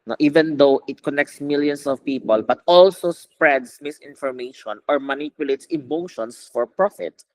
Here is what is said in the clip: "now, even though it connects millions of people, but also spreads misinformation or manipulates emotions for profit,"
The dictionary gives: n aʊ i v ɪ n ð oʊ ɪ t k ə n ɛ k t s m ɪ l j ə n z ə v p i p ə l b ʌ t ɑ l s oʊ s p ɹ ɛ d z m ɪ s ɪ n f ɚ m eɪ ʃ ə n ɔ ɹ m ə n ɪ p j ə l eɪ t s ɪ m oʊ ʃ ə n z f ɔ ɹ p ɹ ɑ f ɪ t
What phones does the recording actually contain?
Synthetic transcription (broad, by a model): n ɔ i v ɪ n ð oʊ ɪ t k ə n ɛ k t s m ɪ l j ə n s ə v p i p ə l b ʌ t ɑ l s oʊ s p ɹ ɛ d s m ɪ s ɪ n f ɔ m eɪ ʃ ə n ɔ ɹ m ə n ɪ p j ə l eɪ t s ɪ m oʊ ʃ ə n s f ɔ ɹ p ɹ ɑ f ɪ t